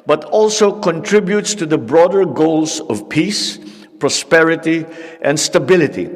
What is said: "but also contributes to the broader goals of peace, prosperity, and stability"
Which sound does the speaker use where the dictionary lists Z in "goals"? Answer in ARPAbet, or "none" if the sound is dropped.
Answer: S